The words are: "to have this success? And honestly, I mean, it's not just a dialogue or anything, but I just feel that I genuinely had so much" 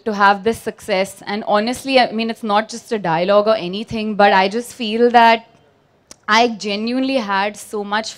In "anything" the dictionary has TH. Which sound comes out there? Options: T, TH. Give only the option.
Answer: T